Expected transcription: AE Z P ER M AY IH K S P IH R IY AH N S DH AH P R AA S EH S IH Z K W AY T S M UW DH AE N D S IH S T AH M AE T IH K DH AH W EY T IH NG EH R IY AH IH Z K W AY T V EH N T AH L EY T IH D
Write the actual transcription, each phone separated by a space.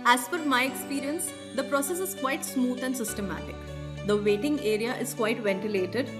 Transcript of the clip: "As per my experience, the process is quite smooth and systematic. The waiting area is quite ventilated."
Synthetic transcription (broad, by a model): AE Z F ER M AY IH K S P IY R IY AH N S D AH P R AA S EH S IH Z K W AY T S M UW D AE N D S IH S T AH M AE T IH K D AH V EY T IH NG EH R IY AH IH Z K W AY T V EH N T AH L EY T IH D